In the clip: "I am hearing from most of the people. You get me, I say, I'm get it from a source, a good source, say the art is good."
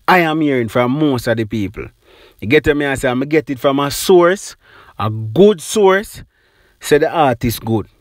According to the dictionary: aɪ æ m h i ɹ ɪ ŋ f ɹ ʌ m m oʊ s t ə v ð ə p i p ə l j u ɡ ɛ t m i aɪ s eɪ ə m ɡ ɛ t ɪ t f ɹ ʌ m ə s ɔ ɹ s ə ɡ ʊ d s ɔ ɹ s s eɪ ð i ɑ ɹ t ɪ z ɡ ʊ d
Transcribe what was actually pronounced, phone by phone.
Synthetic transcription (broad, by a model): aɪ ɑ m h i ɹ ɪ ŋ f ɹ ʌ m m oʊ s t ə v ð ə p i p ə l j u ɡ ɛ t m i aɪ s eɪ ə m ɡ ɛ t ɪ t f ɹ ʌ m ə s ɔ ɹ s ə ɡ ʊ d s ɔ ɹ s s eɪ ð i ɑ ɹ t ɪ s ɡ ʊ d